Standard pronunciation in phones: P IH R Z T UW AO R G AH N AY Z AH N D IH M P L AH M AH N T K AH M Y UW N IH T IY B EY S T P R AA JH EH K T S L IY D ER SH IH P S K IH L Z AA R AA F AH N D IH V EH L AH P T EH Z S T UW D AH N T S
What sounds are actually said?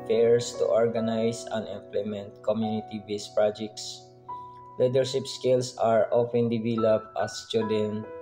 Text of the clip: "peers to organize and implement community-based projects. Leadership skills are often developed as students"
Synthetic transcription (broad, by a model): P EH R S T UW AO R G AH N AY S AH N IH M P L AH M AH N T K AH M Y UW N IH T IY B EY S P R AA JH EH K T S L IY D ER SH IH P S K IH L S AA R AA F AH N D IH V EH L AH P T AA S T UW D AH N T